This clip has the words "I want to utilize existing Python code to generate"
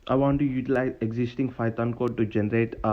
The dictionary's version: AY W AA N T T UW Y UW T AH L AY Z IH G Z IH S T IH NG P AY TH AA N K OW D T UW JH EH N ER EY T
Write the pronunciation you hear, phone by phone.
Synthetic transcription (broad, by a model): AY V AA N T T UW Y UW T AH L AY Z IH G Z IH S T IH NG F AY T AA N K OW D T UW JH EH N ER EY T